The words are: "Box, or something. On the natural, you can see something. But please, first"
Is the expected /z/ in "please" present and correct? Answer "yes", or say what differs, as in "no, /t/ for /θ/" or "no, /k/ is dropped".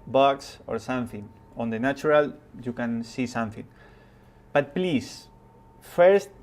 no, /s/ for /z/